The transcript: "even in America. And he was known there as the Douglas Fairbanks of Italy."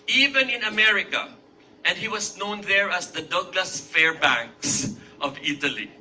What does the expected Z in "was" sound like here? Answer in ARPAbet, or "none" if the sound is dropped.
S